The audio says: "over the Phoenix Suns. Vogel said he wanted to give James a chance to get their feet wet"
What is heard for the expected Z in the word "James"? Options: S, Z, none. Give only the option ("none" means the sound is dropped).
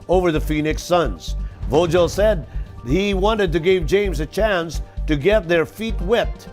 Z